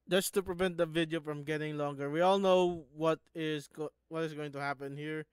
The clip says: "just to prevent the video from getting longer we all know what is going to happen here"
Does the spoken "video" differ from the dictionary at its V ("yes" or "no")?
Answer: no